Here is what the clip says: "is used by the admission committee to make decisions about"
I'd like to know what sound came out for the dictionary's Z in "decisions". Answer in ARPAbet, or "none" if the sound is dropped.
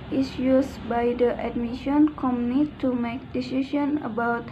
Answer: none